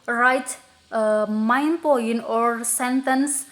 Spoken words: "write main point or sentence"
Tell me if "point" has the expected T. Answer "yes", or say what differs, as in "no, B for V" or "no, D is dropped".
no, T is dropped